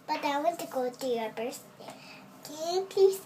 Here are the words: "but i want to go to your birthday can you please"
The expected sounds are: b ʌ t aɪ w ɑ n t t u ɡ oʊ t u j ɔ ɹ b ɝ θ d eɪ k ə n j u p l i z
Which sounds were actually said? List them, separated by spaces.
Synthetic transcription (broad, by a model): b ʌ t aɪ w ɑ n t t u ɡ oʊ t u j ɔ ɹ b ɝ s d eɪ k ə p l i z